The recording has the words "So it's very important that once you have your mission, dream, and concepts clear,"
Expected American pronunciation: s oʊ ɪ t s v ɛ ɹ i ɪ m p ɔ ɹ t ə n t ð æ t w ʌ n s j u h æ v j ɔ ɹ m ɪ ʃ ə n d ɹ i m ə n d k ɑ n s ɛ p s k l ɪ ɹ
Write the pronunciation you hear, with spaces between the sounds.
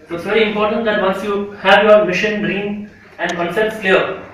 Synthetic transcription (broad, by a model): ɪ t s v ɛ ɹ i ɪ m p ɔ ɹ t ə n t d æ t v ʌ n s j u h æ v j ɔ ɹ m ɪ ʃ ə n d ɹ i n ə n d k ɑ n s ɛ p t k l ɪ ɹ